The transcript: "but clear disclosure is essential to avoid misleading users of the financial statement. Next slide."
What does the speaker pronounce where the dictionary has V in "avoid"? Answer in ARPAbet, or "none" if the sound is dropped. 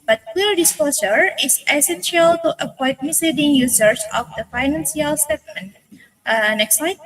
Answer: P